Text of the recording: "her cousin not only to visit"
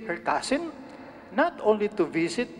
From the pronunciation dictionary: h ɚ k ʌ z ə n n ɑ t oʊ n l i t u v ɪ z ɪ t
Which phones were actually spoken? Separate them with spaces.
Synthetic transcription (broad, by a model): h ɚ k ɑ s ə n n ɑ t oʊ n l i t u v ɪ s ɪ t